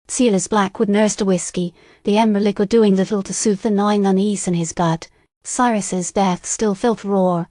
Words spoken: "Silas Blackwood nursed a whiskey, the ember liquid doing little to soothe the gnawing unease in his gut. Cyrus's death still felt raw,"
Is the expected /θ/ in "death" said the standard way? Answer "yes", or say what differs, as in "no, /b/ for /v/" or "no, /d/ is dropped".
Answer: yes